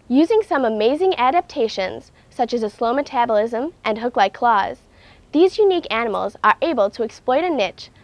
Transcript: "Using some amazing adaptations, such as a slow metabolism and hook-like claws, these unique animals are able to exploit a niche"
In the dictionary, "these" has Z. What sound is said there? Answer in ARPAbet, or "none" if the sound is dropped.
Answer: Z